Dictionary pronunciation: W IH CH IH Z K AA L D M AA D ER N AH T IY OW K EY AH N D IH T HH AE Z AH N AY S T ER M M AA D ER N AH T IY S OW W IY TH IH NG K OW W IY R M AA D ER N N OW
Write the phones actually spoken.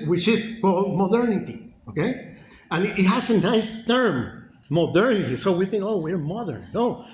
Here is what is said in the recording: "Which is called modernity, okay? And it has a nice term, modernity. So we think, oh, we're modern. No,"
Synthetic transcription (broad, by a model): W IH CH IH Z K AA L M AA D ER N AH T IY OW K EY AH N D IH T HH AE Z AH N AY S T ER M M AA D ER N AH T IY S OW W IY TH IH NG K OW W IY R M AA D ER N N OW